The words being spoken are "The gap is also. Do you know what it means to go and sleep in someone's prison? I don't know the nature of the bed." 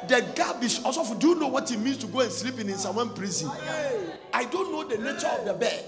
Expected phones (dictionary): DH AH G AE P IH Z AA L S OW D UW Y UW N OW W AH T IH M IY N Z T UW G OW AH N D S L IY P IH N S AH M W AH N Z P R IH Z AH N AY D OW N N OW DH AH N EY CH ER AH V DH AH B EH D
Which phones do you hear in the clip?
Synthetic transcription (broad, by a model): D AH G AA B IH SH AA S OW D UW Y UW N OW W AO T IH M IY N S T UW G OW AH N S L IY P IH N S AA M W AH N P R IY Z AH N AY D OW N N OW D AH N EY CH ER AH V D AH B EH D